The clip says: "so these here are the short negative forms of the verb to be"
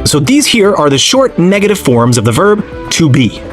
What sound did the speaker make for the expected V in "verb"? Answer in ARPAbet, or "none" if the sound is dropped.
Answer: V